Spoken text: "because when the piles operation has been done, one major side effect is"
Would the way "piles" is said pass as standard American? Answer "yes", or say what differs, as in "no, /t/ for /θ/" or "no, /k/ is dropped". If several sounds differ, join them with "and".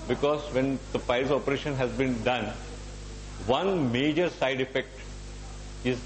no, /l/ is dropped